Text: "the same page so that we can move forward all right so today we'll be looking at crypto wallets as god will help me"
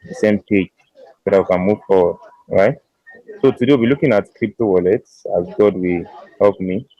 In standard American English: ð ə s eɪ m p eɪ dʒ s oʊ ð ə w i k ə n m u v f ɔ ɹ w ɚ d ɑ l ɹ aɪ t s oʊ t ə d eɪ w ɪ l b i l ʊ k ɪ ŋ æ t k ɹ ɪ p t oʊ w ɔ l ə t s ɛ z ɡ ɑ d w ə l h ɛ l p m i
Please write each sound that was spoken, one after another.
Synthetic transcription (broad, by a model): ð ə s eɪ m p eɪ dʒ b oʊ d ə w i k ə n m u v f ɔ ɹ w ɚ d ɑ ɹ aɪ t s oʊ t ə d eɪ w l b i l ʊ k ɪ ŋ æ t k ɹ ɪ p t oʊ w ɔ l ə t s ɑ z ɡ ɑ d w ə h ɛ l p m i